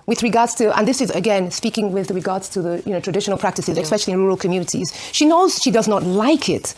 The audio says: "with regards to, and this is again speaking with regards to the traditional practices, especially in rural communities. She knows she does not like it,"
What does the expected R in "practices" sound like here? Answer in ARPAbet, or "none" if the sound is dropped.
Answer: R